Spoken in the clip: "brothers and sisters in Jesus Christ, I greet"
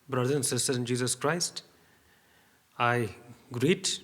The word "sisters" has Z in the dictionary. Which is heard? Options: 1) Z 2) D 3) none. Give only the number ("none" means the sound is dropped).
3